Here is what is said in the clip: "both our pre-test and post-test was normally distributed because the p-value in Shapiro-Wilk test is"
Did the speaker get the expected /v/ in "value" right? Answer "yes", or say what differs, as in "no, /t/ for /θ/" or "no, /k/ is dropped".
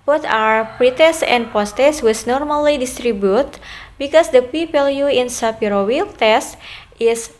no, /p/ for /v/